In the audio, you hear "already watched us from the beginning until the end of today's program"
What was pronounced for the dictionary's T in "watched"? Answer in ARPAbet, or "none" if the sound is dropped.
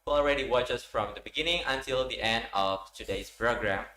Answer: none